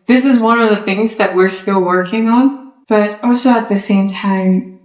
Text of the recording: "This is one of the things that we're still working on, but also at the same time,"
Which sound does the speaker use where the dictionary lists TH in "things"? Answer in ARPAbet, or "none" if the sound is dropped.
TH